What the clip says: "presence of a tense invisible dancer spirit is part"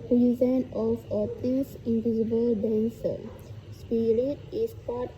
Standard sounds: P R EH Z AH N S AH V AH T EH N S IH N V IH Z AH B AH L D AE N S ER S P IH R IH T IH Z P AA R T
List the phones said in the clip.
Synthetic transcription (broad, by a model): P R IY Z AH N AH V AH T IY S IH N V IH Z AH B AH L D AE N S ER S P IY R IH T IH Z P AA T